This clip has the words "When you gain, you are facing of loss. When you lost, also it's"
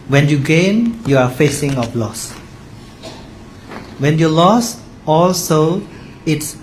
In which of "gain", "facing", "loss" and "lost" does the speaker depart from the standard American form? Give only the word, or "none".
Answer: lost